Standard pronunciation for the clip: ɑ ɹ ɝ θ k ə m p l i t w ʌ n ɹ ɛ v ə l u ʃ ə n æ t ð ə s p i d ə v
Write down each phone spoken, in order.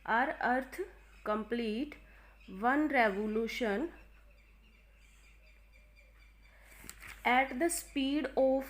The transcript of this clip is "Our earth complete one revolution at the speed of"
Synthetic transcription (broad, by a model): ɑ ɹ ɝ t k ə m p l i t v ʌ n ɹ ɛ v ə l u ʃ ə n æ t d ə s p i d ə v